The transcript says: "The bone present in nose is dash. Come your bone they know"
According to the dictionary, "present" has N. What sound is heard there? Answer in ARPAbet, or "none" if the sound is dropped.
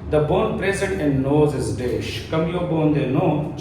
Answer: none